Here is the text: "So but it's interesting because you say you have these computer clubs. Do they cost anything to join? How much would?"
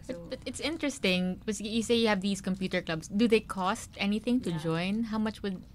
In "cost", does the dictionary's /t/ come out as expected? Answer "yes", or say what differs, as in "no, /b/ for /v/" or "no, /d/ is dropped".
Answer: yes